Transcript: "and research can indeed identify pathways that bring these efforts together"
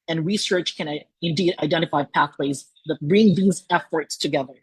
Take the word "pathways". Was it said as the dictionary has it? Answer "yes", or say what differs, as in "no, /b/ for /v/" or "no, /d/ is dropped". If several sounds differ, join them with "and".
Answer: yes